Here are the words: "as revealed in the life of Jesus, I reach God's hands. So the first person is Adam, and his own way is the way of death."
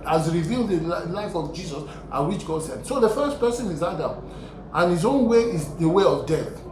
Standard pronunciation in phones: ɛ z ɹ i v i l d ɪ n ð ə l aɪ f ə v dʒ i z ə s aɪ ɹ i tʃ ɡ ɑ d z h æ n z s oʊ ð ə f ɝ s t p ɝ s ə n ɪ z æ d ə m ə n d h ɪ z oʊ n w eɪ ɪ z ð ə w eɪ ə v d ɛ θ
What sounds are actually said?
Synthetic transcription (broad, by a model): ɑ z ɹ i v i l d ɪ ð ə l aɪ f ə v dʒ i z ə s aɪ w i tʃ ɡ ɑ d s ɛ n s oʊ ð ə f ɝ s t p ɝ s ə n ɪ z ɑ d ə m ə n h ɪ z oʊ n w eɪ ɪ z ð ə w eɪ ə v d ɛ θ